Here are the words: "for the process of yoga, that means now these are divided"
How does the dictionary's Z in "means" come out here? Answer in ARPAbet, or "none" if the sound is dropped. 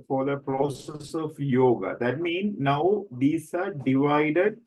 none